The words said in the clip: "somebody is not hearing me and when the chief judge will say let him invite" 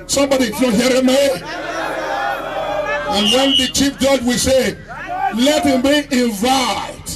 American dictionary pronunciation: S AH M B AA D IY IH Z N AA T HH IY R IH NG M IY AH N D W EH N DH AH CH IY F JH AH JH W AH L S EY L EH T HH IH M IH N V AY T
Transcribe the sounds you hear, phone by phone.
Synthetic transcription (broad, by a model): S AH M B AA D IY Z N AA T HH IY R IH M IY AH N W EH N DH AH CH IY F JH AH JH W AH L S EY L EH T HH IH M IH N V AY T